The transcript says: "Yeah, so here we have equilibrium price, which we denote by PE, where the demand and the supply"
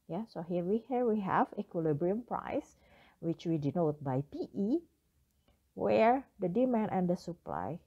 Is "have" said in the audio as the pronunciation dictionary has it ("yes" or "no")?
no